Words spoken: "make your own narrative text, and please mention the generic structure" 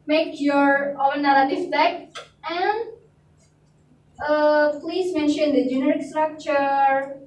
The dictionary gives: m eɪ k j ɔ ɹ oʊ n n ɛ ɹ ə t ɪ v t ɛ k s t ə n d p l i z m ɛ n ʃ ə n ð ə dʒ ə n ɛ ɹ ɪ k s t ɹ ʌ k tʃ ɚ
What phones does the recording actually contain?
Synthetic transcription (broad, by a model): m eɪ k j ɔ ɹ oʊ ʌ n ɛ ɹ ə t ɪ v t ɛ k t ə n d p l i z m ɛ n ʃ ə n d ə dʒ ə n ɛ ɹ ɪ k s t ɹ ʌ k tʃ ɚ